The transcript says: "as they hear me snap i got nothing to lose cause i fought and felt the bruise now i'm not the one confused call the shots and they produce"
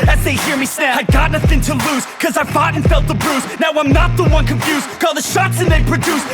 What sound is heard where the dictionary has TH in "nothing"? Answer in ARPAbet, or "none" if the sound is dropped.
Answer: TH